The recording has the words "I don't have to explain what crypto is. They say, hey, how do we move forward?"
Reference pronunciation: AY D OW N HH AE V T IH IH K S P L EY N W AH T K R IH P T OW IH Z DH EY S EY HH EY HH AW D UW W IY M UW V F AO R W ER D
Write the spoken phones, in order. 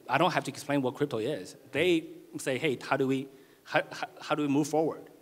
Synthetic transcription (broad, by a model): AY D OW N HH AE F T IH IH K S P L EY N W AH T K R IH P T OW IH Z DH EY S EY HH EY HH AW D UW W IY M UW V F AO R W ER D